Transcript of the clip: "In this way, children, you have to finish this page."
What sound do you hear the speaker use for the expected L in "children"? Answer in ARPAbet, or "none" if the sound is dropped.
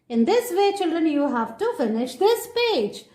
L